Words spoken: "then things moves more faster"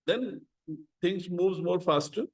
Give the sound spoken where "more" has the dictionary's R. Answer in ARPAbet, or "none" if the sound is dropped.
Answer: R